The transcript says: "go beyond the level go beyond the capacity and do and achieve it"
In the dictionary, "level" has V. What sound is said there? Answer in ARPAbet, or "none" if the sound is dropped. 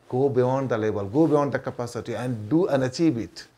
B